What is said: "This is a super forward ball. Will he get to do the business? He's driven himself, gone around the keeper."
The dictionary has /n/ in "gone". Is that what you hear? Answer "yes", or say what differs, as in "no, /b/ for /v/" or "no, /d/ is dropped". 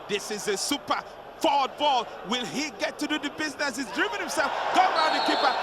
no, /n/ is dropped